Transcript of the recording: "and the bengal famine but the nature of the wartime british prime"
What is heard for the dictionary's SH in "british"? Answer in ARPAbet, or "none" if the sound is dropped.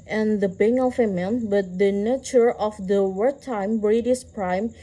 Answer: S